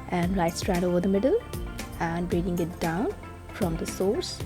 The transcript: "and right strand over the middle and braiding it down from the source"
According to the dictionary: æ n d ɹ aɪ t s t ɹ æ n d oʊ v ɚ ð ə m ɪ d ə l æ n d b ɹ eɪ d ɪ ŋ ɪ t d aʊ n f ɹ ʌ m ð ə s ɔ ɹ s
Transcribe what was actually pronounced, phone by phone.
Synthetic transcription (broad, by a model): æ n d l aɪ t s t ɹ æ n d oʊ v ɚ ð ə m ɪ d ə l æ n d b ɹ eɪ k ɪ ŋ ɪ t d aʊ n f ɹ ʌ m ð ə s ɔ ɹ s